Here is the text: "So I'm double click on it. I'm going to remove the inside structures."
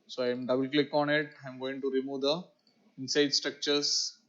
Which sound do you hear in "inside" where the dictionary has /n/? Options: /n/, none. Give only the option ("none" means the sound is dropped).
/n/